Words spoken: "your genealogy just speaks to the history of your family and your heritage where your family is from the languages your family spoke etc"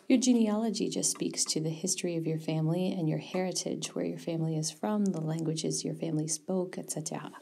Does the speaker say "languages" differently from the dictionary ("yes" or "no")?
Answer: no